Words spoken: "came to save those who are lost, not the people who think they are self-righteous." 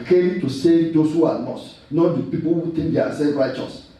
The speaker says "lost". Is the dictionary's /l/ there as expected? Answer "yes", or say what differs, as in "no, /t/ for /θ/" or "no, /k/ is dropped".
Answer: no, /n/ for /l/